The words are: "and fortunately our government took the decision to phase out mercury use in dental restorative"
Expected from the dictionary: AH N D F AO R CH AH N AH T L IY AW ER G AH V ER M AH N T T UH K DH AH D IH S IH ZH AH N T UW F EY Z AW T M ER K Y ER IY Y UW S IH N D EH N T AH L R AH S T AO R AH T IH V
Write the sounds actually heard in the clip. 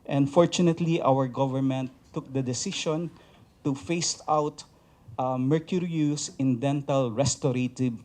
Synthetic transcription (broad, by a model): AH N F AO R CH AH N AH T L IY AW ER G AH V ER M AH N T T UH K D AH D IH S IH SH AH N T UW F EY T AW T M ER K Y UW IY Y UW S IH N D EH N T AH L R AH S T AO R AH T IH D